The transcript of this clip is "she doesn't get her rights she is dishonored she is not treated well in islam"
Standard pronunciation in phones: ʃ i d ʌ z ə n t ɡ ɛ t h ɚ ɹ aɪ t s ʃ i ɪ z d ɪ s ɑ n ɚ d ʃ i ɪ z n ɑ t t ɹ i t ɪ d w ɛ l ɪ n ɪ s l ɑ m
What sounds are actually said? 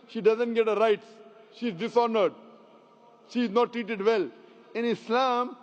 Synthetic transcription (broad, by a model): ʃ i d ʌ z ə n t ɡ ɛ t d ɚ ɹ aɪ t s ʃ i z d ɪ s ɑ n ɚ d ʃ i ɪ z n ɑ t t ɹ i t ɪ d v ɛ l ɪ n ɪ s l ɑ m